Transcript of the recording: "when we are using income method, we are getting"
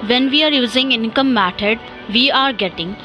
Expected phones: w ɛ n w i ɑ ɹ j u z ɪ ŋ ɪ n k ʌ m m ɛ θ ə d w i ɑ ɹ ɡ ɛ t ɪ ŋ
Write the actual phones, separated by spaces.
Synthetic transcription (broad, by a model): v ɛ n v i ɑ ɹ j u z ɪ ŋ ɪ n k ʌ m m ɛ t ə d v i ɑ ɹ ɡ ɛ t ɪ ŋ